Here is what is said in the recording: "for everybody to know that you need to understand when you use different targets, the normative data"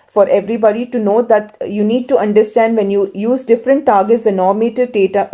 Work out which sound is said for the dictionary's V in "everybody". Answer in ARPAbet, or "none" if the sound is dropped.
V